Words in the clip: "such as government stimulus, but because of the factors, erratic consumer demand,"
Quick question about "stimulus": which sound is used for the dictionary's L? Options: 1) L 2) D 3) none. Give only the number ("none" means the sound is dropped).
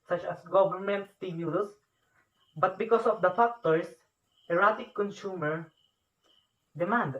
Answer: 3